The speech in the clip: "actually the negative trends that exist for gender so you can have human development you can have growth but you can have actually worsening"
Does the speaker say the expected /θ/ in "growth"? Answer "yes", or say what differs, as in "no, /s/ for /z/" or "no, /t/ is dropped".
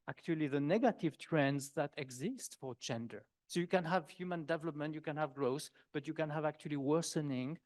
no, /s/ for /θ/